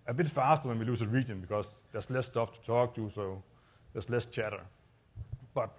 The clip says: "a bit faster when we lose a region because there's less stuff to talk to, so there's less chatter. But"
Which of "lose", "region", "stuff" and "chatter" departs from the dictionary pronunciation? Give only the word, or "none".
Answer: lose